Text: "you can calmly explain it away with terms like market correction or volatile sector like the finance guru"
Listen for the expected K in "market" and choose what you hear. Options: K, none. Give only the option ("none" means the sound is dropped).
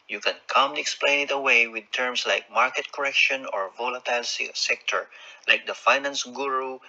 K